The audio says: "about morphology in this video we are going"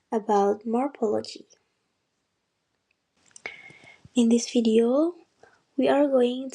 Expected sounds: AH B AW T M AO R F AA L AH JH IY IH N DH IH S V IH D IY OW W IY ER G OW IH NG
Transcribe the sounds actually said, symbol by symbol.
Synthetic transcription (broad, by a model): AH B AW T M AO R P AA L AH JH IY IH N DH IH S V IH D IY OW W IY ER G OW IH NG